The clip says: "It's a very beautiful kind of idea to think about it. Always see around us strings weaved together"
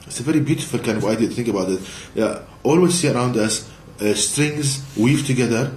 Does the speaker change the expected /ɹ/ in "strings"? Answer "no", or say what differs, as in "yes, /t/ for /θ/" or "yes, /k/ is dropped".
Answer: no